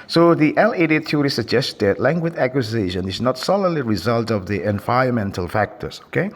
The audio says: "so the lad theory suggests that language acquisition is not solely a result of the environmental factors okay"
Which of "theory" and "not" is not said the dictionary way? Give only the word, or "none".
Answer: theory